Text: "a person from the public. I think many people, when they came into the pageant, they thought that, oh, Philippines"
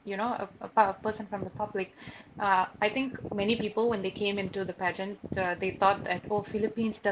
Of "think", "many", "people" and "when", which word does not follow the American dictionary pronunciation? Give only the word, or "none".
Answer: think